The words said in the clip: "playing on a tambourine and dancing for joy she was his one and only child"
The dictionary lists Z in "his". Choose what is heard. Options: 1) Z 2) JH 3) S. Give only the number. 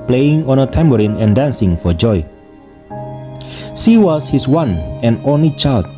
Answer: 3